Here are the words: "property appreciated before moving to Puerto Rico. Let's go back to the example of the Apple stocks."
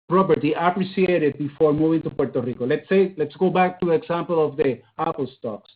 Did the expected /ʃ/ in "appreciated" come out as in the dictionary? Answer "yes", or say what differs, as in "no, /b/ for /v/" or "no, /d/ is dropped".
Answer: no, /s/ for /ʃ/